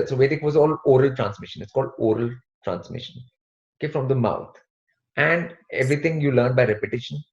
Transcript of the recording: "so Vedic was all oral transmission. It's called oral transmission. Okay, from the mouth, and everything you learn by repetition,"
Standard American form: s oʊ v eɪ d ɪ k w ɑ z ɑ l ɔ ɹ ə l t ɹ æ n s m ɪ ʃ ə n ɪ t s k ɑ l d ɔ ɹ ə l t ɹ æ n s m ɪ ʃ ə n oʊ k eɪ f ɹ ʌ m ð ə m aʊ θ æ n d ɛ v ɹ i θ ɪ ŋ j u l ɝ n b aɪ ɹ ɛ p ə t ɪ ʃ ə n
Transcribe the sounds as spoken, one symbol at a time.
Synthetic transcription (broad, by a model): s oʊ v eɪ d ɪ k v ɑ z ɑ l ɔ ɹ ə l t ɹ æ n s m ɪ ʃ ə n ɪ t s k ɑ l d ɔ ɹ ə l t ɹ æ n s m ɪ ʃ ə n oʊ k eɪ f ɹ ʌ m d ə m aʊ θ æ n d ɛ v ɹ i t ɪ ŋ j u l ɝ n b aɪ ɹ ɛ p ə t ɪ ʃ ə n